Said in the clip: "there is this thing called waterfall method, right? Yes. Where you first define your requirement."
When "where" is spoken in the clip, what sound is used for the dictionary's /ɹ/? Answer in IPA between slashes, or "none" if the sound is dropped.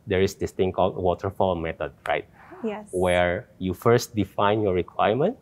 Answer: /ɹ/